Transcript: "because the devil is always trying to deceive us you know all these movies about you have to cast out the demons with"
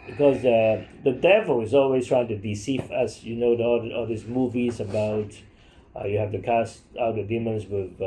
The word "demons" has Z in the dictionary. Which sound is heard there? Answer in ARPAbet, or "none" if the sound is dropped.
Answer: S